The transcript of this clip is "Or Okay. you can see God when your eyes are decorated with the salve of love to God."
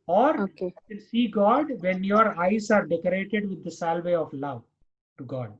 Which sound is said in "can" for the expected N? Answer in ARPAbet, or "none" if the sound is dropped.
L